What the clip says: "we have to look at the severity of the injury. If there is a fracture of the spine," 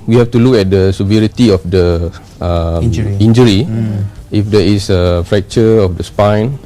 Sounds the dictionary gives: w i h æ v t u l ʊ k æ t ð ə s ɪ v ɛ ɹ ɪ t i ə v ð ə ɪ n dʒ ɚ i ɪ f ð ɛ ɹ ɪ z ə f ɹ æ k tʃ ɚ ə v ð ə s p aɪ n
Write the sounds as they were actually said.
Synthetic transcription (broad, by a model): w i h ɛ f t u l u k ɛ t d ə s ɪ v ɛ ɹ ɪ t i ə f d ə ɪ n dʒ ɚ i ɪ f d ɛ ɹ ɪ s ə f ɹ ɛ k tʃ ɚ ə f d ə s p aɪ n